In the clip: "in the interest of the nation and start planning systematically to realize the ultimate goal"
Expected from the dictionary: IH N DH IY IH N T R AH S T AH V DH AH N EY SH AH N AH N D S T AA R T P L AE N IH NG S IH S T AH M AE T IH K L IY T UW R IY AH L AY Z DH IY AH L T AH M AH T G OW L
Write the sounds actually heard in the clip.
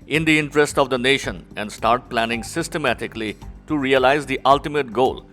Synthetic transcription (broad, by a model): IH N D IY IH N T R AH S T AH V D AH N EY SH AH N AH N D S T AA R T P L AE N IH NG S IH S T AH M AE T IH K L IY T UW R IY AH L AY Z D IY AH L T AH M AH T G OW L